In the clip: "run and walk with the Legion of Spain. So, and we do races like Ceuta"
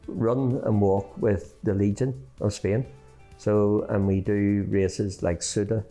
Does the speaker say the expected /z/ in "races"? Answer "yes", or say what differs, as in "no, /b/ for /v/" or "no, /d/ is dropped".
yes